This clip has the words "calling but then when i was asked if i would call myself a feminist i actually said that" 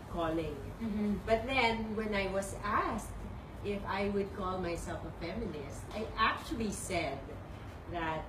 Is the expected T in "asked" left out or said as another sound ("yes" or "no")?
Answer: no